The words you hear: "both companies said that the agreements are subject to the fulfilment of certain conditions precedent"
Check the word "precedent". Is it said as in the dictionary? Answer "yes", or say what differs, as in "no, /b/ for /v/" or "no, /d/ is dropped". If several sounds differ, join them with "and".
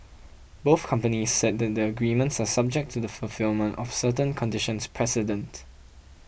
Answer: yes